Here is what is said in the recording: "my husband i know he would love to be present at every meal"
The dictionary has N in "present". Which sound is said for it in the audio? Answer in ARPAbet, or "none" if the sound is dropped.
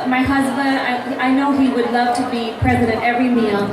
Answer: none